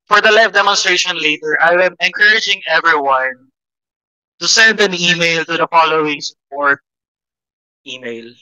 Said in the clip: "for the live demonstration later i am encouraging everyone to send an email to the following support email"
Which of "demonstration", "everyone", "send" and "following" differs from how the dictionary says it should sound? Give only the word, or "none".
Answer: none